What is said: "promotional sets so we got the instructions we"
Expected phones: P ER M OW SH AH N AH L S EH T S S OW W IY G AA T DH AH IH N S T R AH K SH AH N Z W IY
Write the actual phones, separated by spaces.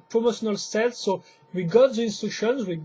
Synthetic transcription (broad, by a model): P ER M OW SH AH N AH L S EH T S S OW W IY G AA T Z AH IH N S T UW SH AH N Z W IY